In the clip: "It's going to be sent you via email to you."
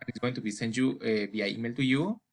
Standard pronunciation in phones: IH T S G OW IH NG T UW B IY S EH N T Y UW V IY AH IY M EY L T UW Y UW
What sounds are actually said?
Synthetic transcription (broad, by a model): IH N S G OW IH NG T UW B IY S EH N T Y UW B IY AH IY M EY L T UW Y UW